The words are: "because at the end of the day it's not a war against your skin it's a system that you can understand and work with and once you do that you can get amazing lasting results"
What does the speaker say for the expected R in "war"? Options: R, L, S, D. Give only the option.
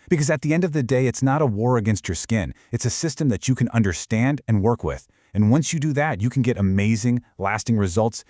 R